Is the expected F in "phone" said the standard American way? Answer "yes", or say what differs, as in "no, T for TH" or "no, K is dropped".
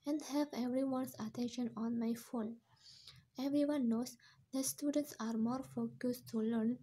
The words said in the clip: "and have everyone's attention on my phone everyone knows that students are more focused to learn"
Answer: yes